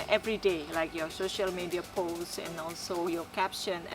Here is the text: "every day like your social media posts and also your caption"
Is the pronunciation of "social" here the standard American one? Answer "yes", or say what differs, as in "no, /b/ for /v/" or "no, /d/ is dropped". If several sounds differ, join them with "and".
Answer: yes